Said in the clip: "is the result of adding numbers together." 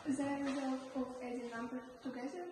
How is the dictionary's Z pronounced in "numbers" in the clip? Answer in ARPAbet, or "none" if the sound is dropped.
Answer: none